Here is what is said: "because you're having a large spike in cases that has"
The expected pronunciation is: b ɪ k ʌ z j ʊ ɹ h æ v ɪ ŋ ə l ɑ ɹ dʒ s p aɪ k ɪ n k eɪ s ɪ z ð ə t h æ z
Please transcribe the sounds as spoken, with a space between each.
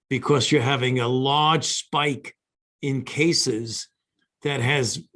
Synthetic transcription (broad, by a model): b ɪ k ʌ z j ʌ ɹ h æ v ɪ ŋ ə l ɑ ɹ dʒ s p aɪ k ɪ n k eɪ s ɪ z ð ə t h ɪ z